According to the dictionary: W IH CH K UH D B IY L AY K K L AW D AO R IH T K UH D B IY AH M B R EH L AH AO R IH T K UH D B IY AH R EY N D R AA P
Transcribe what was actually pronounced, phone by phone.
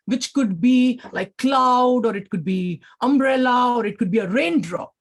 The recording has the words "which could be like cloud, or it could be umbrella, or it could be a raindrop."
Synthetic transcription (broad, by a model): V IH CH K UH D B IY L AY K K L AW D AO R IH T K UH D B IY AH M B R EH L AH AO R IH T K UH D B IY AH R EY N D R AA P